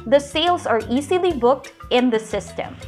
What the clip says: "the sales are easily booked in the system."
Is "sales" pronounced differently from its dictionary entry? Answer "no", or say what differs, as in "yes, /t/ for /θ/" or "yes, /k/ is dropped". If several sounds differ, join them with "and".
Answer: no